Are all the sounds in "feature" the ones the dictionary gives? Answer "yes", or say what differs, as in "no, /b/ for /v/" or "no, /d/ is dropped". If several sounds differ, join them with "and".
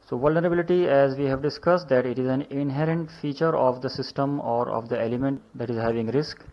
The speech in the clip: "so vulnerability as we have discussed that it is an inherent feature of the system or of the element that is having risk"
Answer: yes